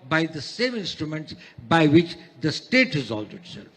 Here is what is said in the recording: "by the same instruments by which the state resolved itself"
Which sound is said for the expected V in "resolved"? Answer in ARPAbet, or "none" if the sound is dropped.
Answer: none